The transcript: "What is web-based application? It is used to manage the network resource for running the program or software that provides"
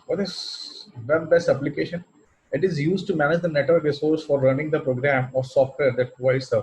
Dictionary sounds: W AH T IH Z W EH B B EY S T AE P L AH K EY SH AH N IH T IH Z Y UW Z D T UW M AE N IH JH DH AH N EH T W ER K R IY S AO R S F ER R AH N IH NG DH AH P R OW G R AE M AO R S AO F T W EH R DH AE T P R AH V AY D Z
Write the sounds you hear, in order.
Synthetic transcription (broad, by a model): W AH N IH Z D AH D B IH S AH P L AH K EY SH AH N IH T IH Z Y UW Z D T UW M AE N IH JH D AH N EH T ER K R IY S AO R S F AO R AH N IH NG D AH P R OW G R AE M AO R S AO F T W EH R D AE T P R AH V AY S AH